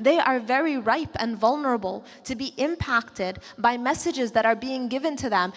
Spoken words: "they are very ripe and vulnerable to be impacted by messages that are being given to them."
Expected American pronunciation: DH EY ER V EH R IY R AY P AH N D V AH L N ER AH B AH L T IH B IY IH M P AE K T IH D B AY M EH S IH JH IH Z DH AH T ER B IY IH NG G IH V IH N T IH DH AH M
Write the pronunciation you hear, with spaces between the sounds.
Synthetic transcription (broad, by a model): DH EY ER V EH R IY R AY P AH N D V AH L N ER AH B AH L T IH B IY IH M P AE K T IH D B AY M EH S IH JH IH Z DH AH T ER B IY IH NG G IH V IH N T IH DH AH M